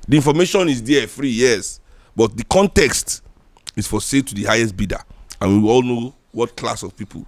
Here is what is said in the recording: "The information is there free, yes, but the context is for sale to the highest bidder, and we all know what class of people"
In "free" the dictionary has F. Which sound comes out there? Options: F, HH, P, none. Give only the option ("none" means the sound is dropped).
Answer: F